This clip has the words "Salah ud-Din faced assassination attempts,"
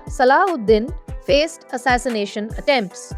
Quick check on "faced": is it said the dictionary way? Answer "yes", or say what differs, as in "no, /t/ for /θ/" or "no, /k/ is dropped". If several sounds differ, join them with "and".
yes